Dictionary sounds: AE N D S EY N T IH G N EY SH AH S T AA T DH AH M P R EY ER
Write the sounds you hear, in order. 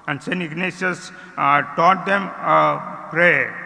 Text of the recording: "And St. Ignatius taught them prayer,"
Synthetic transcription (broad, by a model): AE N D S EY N IH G N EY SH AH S T AA T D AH M P R EY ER